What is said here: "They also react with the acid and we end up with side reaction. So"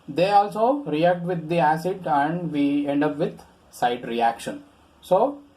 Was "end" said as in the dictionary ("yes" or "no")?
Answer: yes